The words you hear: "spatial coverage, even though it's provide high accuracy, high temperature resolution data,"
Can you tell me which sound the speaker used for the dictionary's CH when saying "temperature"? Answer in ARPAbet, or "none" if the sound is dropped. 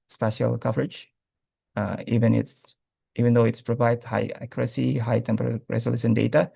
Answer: none